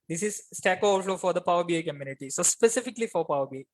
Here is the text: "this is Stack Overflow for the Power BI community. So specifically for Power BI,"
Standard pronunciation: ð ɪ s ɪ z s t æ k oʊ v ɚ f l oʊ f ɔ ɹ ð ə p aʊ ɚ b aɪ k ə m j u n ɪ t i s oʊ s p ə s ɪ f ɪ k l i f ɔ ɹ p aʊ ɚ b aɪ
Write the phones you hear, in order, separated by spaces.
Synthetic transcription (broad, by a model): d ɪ s ɪ z s t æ k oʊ ɔ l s oʊ f ɔ ɹ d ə p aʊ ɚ b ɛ k ə m j u n ɪ t i s oʊ s p ə s ɪ f ɪ k l i f ɔ ɹ p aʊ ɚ b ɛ